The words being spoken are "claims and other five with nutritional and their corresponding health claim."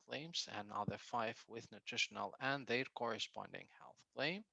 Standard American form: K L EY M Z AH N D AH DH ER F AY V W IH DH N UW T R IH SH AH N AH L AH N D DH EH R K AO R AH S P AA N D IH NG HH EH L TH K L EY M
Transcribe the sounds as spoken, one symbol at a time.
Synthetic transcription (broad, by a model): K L EY M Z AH N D AH DH ER F AY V W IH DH N UW T R IH SH AH N AH L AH N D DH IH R K AO R AH S P AA N D IH NG HH EH L TH K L EY M